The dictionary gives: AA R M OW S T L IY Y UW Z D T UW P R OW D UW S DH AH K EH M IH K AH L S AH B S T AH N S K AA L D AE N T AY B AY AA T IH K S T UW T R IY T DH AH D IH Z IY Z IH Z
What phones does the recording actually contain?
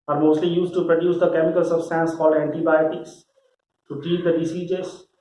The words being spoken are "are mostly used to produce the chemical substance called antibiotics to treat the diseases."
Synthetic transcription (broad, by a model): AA R M OW S T L IY Y UW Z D T UW P R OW D UW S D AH K EH M IH K AH L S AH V S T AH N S K AA L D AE N T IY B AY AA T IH K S T UW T IY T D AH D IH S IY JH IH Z